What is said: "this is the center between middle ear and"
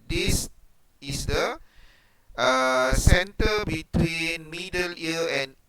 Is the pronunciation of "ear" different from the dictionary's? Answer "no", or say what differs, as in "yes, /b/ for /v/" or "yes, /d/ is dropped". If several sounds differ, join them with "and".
yes, /l/ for /ɹ/